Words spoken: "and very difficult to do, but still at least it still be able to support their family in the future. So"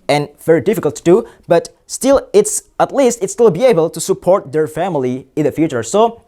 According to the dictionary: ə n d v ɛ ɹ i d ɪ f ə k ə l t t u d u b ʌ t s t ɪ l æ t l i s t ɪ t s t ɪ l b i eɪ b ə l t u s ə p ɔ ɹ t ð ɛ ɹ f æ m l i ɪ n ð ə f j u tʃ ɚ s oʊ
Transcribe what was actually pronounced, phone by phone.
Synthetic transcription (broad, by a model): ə n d v ɛ ɹ i d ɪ f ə k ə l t t u d u b ʌ t s t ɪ l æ t l i s t ɪ t s t ɪ l b i eɪ b ə l t u s ə p ɔ ɹ t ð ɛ ɹ f æ m l i ɪ n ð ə f j u tʃ ɚ s oʊ